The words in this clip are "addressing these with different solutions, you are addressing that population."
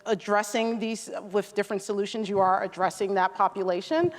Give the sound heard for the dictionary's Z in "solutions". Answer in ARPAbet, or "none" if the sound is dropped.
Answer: Z